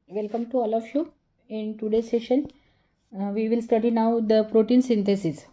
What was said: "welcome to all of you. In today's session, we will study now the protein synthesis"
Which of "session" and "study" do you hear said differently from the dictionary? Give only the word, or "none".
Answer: none